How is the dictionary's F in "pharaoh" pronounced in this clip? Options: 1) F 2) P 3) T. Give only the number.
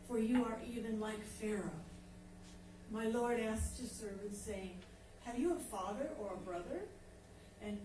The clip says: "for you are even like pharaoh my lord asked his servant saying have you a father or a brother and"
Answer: 1